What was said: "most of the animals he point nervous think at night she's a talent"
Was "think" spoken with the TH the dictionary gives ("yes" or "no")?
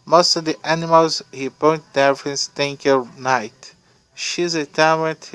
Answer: no